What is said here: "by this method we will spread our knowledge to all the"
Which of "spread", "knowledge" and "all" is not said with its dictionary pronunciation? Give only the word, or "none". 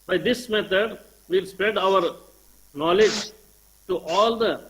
none